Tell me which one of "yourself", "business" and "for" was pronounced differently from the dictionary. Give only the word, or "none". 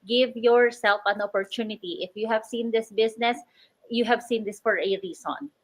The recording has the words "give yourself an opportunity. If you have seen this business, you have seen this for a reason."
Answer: business